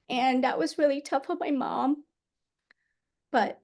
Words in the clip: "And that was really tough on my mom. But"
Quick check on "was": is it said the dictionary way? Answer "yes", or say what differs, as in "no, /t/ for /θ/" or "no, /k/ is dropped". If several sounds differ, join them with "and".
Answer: yes